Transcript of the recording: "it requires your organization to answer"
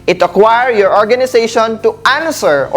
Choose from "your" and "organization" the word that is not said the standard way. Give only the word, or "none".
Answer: organization